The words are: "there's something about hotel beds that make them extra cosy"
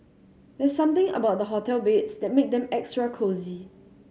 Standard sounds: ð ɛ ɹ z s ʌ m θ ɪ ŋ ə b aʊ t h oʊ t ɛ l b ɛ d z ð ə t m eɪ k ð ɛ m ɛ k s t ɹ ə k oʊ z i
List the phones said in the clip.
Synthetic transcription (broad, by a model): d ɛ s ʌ m t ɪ ŋ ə b aʊ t h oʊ t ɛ l b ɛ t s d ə t m eɪ k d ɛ m ɛ k s t ɹ ə k oʊ z i